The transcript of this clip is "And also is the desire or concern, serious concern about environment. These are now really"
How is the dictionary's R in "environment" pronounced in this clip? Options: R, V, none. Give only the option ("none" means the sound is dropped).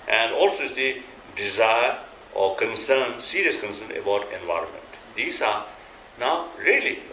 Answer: R